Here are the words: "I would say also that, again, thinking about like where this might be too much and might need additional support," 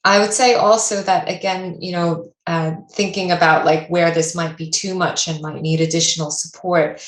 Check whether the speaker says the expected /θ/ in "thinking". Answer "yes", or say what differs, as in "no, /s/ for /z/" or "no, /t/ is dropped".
yes